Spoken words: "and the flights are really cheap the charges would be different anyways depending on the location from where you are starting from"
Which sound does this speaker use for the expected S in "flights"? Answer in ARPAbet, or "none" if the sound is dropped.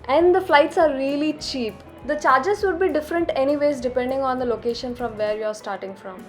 S